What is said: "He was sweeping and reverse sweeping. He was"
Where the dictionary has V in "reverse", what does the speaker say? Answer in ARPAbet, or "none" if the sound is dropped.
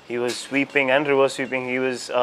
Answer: W